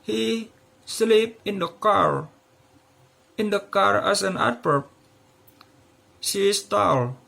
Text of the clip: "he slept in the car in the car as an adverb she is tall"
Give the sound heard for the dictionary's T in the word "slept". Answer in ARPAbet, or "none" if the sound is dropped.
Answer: none